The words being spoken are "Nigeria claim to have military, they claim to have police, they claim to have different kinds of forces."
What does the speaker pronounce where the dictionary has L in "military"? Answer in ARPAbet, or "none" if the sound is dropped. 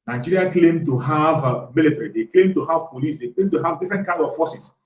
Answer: L